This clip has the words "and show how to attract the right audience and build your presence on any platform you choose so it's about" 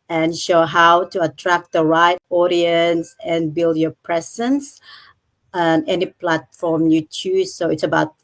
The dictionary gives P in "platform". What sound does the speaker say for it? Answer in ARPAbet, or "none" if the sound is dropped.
P